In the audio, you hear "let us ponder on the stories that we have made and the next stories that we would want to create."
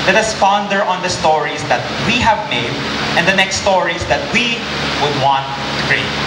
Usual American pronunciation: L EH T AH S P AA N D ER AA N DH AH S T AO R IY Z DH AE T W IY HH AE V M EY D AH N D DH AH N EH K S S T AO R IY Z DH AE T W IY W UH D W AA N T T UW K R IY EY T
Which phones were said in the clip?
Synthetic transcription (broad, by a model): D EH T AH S F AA N D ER AA N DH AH S T AO R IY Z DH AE T W IY HH AE V M EY D AH N D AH N EH K S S T AO R IY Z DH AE T W IY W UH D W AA N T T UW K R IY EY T